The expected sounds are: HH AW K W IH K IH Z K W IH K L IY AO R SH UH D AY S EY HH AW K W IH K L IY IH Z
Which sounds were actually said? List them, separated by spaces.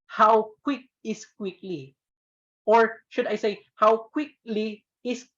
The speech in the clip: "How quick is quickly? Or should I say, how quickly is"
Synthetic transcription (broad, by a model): HH AW K W IH K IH S K W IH K L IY AO R SH UH D AY S EY HH AW K W IH K L IY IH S